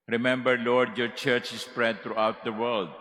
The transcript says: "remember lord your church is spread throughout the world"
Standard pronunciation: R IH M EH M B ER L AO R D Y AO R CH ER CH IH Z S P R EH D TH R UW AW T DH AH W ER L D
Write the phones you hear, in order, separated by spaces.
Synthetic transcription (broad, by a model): R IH M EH M B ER L AO R D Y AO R CH ER CH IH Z S P R EH D T R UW AW T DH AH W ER L D